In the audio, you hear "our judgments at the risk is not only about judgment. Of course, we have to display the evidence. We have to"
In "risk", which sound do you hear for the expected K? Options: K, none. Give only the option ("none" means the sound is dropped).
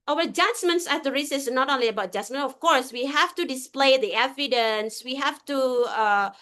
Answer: none